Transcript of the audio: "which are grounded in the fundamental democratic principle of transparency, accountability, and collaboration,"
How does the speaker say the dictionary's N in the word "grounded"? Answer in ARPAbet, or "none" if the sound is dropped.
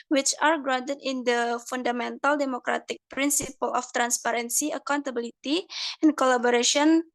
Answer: none